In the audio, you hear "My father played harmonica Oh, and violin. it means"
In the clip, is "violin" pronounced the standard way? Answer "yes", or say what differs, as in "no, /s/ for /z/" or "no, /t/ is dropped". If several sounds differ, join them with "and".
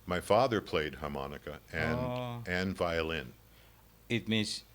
yes